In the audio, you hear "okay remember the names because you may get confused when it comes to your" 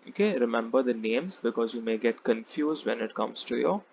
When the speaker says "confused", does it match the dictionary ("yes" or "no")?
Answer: yes